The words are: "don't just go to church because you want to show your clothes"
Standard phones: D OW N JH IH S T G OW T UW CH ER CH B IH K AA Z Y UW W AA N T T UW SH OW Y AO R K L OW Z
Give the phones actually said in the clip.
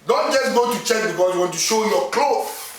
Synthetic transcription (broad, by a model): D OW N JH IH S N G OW T UW CH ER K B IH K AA S Y UW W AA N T T UW SH OW Y AO K L OW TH